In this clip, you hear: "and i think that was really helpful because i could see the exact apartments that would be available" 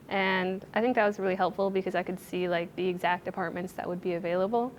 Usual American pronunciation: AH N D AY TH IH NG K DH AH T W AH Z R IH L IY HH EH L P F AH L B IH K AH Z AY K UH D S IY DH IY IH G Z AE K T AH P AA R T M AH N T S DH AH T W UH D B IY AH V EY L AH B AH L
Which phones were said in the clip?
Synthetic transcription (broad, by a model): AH N AY TH IH NG K DH AH T W AH Z R IH L IY HH EH L P F L B IH K AH Z AY K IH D S IY DH IY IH G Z AE K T AH P AA R T M AH N T S DH AH T W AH D B IY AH V EY L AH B L